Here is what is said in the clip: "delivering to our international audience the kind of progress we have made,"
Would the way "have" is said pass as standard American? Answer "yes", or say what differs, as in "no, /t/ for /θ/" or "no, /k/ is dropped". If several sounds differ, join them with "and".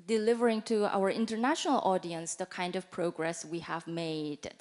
yes